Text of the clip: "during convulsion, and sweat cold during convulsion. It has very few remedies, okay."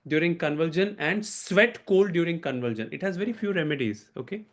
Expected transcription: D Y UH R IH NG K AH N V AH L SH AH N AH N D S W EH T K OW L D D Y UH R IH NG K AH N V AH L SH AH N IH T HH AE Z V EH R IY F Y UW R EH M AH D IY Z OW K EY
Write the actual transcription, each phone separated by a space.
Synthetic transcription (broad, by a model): D Y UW R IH NG K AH N V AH L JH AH N AH N D S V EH T K OW L D D Y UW R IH NG K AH N V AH L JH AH N IH T HH AE Z V EH R IY F Y UW R EH M AH D IY Z OW K EY